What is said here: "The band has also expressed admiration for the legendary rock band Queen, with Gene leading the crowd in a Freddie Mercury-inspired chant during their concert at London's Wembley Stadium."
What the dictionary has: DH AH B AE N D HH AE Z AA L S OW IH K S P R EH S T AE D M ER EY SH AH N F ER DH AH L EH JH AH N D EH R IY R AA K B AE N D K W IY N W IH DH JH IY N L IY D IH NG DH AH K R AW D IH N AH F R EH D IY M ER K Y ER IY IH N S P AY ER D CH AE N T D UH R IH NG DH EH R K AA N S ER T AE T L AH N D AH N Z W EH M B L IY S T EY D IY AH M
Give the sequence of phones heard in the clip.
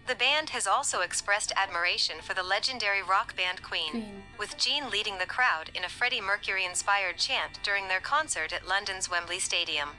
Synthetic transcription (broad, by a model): DH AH B AE N D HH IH Z AA L S OW IH K S P R EH S T AE D M ER EY SH AH N F ER DH AH L EH JH AH N D EH R IY R AA K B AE N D K W IY N W IH DH JH IY N L IY D IH NG DH AH K R AW D IH N AH F R EH D IY M ER K Y ER IY IH N S P AY ER D CH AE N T D UH R IH NG DH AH R K AA N S ER T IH T L AH N D AH N Z W EH M B L IY S T EY D IY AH M